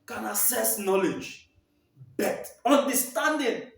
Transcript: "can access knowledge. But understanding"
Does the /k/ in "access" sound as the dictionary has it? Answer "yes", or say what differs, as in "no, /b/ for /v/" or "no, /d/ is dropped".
no, /k/ is dropped